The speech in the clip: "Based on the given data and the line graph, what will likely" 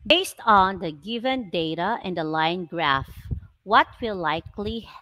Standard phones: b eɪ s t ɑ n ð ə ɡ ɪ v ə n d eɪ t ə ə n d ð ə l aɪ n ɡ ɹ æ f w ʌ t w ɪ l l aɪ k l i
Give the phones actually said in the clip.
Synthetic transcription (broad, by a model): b eɪ s t ɑ n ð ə ɡ ɪ v ə n d eɪ t ə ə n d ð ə l aɪ n ɡ ɹ æ f w ʌ t w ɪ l l aɪ k l i